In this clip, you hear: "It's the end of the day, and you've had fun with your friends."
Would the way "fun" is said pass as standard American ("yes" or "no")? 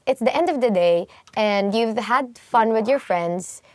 yes